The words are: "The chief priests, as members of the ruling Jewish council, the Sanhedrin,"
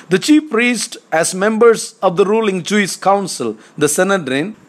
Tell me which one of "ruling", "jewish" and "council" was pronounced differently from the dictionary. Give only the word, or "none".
jewish